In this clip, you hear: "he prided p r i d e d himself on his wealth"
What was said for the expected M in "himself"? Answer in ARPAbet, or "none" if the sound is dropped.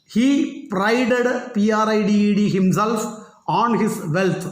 M